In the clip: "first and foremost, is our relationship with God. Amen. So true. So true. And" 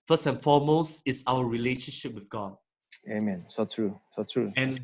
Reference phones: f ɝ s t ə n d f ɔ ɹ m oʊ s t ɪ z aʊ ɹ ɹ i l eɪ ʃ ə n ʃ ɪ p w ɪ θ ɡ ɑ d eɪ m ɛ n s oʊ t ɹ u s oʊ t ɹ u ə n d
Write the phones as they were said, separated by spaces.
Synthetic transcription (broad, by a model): f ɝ s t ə n f ɔ m oʊ s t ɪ s aʊ w ɹ i l eɪ ʃ ə n ʃ ɪ p w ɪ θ ɡ ɑ d eɪ m ɛ n s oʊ t ɹ u s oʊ t ɹ u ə n